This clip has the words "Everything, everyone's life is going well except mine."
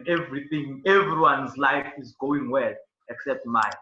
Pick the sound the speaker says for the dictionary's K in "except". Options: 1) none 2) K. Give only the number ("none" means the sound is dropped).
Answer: 2